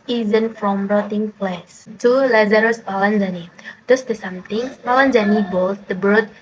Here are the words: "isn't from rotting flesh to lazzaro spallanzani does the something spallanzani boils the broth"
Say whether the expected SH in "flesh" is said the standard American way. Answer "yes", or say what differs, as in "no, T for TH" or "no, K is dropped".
no, S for SH